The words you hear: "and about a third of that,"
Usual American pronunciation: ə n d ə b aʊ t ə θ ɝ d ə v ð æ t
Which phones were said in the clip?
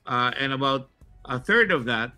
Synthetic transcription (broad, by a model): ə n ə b aʊ t ə θ ɝ d ə v ð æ t